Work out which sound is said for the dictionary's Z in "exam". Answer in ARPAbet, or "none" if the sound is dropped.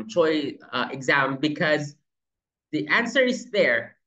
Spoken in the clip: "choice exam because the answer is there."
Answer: Z